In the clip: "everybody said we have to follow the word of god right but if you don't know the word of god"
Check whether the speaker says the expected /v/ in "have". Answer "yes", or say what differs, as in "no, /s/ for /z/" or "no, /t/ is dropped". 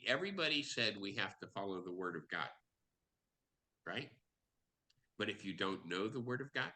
no, /f/ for /v/